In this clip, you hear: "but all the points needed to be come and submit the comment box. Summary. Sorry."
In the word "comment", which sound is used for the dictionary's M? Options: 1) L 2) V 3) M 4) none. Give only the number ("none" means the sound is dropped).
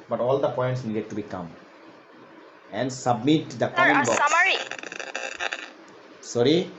4